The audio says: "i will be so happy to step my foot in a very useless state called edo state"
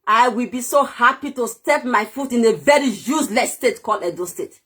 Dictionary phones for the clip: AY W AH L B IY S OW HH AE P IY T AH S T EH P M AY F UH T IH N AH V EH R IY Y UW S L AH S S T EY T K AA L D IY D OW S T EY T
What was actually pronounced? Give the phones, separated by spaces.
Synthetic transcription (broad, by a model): AY W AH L B IY S OW HH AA P IY T AH S T EH P M AY F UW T IH N AH V EH R IY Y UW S L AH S S T EY T K AA L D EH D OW S T EY T